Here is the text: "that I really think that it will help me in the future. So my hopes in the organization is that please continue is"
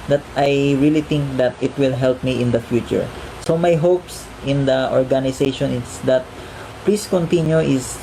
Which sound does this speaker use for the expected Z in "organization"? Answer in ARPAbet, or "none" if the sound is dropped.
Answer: S